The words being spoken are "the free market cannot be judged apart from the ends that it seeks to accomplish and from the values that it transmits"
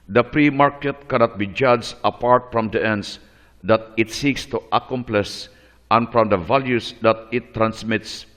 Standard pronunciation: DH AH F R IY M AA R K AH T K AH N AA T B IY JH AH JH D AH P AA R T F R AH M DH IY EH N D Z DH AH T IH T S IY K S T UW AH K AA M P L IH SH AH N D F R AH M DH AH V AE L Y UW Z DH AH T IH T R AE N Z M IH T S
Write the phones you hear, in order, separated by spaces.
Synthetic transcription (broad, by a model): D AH P R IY M AA R K AH T K AH N AA T B IY JH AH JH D AH P AA R T F R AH M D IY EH N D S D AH T IH T S IY K S T UW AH K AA M P L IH S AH N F R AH M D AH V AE L Y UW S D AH T IH T R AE N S M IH T S